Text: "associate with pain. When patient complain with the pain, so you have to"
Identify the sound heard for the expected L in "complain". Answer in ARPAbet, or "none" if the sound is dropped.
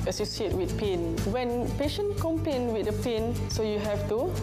none